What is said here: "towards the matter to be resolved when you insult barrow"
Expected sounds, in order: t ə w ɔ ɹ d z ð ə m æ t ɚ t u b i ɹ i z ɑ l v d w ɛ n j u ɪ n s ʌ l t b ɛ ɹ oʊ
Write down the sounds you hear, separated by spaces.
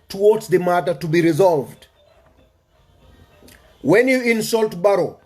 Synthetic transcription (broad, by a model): t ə w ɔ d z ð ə m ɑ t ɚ t u b i ɹ i z ɑ l v d w ɛ n j u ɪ n s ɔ l t b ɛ ɹ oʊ